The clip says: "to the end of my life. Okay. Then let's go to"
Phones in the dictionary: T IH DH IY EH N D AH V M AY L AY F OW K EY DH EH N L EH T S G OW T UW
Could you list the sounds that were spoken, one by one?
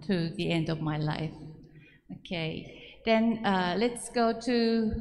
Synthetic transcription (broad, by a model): T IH DH IY EH N D AH V M AY L AY F OW K EY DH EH N L EH T S G OW T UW